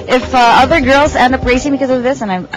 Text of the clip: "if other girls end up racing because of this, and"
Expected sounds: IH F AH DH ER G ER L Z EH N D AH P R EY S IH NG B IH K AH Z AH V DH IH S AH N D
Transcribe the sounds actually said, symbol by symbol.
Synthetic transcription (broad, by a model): IH F AH DH ER G ER L Z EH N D AH P R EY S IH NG B IH K AH Z AH V DH IH S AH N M